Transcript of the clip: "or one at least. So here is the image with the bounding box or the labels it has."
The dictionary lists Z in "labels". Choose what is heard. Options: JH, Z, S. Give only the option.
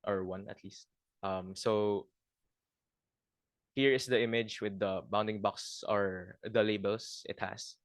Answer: S